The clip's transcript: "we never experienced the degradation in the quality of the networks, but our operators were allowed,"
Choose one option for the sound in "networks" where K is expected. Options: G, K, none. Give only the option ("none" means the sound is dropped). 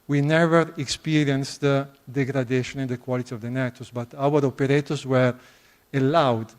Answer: none